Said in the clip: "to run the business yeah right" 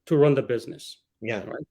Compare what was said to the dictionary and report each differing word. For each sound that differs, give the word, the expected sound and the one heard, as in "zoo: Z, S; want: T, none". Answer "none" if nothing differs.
none